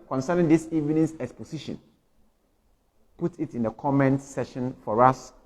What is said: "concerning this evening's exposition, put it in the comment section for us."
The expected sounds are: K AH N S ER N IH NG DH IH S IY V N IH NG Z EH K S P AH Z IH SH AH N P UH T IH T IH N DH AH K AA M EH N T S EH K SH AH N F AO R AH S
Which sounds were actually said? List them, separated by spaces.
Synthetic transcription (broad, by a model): K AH N S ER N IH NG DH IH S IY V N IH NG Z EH K S P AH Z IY SH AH N P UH T IH T IH N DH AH K AA M EH N T S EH SH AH N F AO R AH S